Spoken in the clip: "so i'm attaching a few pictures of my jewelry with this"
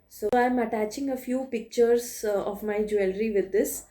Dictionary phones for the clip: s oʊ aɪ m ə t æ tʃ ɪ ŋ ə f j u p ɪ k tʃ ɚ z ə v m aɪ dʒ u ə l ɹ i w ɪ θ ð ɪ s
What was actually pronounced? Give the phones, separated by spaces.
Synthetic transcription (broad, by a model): s oʊ aɪ m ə t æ tʃ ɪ ŋ ə f j u p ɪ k tʃ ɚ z ə v m aɪ dʒ u ə l ɹ i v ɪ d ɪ s